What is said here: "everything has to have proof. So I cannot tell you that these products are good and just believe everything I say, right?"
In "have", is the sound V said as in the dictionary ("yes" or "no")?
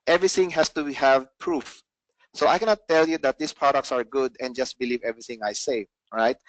yes